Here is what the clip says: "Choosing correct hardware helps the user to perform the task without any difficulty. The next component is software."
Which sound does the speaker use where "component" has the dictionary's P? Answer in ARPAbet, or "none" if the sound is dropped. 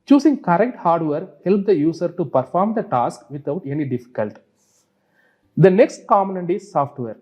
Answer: none